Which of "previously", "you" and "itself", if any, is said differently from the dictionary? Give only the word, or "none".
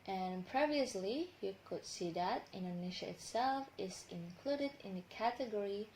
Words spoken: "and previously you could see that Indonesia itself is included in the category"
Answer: none